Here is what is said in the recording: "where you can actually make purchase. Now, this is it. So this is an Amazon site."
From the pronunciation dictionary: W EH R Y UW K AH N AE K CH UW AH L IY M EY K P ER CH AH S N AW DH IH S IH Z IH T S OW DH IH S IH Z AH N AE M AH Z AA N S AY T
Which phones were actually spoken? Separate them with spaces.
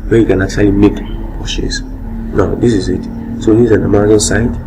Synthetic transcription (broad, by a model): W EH Y UW K AH N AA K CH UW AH L IY M EY K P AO SH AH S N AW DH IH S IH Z IH T S OW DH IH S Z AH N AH M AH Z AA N S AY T